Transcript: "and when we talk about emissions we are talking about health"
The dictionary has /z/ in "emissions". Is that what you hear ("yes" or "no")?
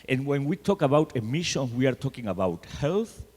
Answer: no